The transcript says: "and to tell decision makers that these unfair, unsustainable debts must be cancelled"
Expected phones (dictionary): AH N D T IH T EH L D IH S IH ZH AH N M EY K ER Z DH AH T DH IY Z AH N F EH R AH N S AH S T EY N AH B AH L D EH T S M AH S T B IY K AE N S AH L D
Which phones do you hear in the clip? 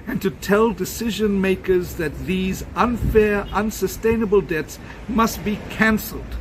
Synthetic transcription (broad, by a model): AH N T IH T EH L D IH S IH ZH AH N M EY K ER Z DH AH T DH IY Z AH N F EH R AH N S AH S T EY N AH B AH L D EH T S M AH S T B IY K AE N S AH L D